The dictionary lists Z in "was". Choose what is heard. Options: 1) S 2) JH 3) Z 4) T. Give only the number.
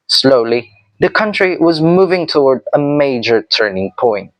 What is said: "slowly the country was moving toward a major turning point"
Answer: 3